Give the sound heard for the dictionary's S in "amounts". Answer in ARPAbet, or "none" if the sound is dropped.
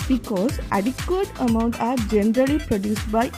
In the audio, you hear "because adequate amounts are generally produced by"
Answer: none